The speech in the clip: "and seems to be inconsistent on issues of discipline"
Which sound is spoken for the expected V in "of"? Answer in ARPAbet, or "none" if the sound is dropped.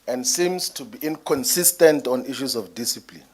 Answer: F